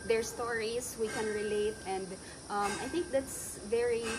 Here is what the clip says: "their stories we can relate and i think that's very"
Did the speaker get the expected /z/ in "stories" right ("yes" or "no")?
no